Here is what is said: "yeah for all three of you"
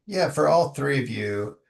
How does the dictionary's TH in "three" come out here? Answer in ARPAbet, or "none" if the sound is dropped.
TH